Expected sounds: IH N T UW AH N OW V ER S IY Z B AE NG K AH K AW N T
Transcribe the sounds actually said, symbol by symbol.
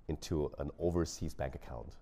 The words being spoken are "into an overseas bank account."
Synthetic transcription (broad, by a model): IH N T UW AH N OW V ER S IY Z B AE NG K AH K AW N T